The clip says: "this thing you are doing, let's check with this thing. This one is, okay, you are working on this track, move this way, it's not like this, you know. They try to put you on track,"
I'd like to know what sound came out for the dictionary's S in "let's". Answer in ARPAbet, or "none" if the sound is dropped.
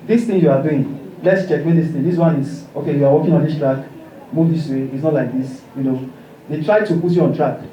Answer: S